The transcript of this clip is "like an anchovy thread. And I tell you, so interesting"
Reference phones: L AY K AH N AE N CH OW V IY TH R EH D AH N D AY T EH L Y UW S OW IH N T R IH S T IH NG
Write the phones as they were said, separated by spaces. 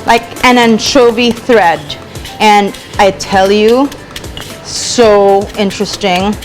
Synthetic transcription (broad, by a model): L AY K AH N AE N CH OW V IY TH R EH D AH N AY T EH L Y UW S OW IH N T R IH S T IH NG